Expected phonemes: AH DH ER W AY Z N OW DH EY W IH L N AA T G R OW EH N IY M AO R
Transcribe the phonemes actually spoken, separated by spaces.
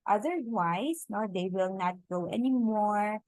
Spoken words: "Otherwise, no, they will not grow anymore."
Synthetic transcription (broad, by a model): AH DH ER W AY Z N OW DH EY W IH L N AA T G OW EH N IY M AO R